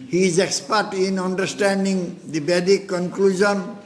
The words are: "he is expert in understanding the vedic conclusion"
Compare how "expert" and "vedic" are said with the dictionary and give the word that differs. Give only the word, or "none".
vedic